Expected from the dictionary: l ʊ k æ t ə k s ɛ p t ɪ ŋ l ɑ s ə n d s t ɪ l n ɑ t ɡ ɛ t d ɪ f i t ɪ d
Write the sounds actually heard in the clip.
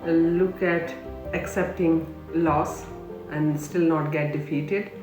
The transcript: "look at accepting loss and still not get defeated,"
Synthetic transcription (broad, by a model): l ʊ k æ t ə k s ɛ p t ɪ ŋ l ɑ s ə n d s t ɪ l n ɑ t ɡ ɛ t d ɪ f i t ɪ d